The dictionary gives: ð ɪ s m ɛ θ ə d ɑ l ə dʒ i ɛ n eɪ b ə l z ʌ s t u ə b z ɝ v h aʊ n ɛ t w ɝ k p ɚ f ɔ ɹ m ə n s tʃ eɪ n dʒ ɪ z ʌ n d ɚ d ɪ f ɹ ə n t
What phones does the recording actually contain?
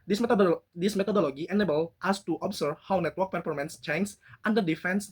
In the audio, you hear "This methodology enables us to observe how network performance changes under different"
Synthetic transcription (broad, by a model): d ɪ s m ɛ t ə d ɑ l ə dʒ i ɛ n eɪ b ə l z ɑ s t u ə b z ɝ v h aʊ n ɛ t w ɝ k p ɚ f ɔ ɹ m ə n s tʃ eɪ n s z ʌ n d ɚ d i f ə n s